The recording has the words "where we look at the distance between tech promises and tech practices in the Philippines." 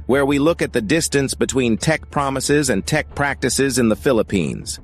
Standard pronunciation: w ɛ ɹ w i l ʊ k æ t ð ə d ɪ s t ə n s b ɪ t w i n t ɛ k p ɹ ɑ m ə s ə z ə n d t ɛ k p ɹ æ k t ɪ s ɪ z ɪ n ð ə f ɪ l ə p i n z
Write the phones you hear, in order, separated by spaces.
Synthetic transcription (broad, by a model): w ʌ ɹ w i l ʊ k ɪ t ð ə d ɪ s t ə n s b ɪ t w i n t ɛ k p ɹ ɑ m ə s ə z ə n t ɛ k p ɹ æ k t ɪ s ɪ z ɪ n ð ə f ɪ l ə p i n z